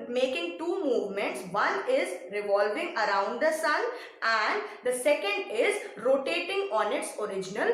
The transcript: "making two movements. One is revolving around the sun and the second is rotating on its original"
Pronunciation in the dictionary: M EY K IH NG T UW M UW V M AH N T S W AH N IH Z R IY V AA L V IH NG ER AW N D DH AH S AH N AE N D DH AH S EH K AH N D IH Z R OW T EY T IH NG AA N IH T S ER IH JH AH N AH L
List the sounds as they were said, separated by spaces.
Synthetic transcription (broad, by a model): M EY K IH NG T UW M UW V M AH N T S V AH N IH Z R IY V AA L V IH NG ER AW N D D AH S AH N AE N D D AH S EH K AH N D IH Z R OW T EY T IH NG AA N IH T S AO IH JH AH N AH L